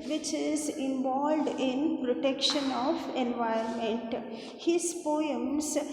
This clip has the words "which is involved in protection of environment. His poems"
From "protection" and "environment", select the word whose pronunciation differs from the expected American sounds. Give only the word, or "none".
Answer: environment